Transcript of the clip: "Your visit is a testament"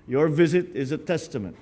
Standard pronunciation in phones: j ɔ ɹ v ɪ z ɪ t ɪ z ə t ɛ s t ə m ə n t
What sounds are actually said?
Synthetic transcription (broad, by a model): j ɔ ɹ v ɪ z ɪ t ɪ z ə t ɛ s t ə m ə n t